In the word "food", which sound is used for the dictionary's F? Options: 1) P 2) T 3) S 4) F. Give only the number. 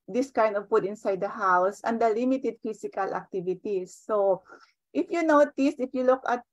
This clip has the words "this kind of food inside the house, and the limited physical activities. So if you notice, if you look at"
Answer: 1